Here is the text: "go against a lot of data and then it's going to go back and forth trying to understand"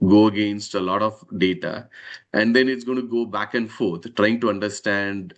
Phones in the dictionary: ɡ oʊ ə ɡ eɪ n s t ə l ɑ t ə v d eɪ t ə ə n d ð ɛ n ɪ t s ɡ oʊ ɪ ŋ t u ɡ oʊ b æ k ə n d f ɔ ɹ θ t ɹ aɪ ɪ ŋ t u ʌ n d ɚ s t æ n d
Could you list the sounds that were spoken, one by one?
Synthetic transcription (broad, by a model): ɡ oʊ ə ɡ eɪ n s t ə l ɑ t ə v d eɪ t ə ə n d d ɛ n ɪ t s ɡ oʊ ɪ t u ɡ oʊ b æ k ə n d f ɔ ɹ t t ɹ aɪ ɪ ŋ t u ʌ n d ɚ s t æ n d